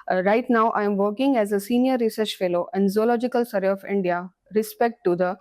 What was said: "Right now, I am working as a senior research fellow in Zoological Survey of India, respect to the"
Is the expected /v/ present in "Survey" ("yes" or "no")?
no